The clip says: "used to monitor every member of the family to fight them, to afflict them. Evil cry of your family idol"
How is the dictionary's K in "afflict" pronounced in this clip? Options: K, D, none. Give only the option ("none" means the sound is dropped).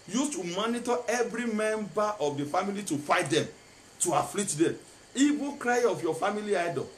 none